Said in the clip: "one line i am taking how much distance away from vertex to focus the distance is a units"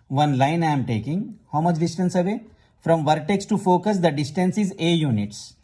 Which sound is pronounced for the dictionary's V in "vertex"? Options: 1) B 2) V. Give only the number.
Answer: 2